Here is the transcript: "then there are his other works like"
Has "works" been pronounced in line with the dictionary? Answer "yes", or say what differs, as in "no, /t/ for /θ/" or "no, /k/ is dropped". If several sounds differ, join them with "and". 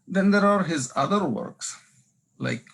yes